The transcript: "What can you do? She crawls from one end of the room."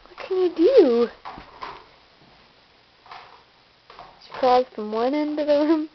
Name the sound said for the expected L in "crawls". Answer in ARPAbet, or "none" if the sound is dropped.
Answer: none